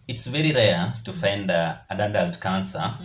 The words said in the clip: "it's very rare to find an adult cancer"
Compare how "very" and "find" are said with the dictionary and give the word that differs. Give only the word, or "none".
none